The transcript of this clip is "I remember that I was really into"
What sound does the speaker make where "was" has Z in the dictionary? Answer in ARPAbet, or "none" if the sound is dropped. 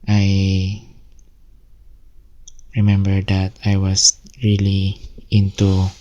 S